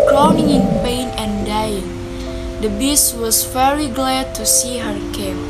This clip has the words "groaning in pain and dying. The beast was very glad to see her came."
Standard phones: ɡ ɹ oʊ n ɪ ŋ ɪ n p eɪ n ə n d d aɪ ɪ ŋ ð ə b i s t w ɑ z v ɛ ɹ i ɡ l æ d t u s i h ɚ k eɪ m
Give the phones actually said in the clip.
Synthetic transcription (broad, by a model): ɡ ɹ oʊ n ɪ ŋ ɪ n p eɪ n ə n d d aɪ ɪ ŋ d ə b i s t w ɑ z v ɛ ɹ i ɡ l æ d t u s i h ɚ k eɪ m